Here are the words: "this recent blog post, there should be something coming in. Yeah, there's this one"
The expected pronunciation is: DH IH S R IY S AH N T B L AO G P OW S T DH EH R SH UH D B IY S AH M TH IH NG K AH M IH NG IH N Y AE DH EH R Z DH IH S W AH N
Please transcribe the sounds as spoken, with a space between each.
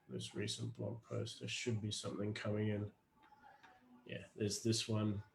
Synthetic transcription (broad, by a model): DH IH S R IY S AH N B L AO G P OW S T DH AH SH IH D B IY S AH M TH IH NG K AH M IH NG IH N Y AE DH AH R Z DH IH S W AH N